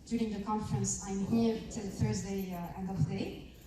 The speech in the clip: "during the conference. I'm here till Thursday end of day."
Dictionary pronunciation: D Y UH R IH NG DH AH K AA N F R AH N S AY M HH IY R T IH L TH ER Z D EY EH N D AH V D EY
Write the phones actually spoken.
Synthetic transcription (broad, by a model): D Y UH R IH NG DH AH K AA N F R AH N S AY M HH IY R T IH L TH ER Z D EY EH N D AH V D EY